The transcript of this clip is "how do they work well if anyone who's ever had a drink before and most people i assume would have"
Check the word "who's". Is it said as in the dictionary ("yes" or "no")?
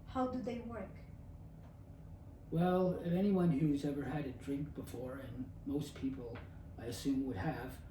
yes